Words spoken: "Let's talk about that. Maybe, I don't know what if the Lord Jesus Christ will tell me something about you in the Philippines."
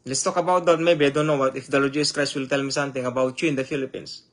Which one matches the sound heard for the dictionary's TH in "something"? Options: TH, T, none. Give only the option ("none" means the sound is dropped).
T